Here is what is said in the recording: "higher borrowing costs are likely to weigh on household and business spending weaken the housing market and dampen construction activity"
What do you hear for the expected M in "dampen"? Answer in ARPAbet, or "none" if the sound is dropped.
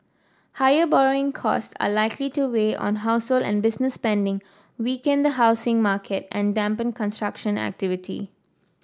M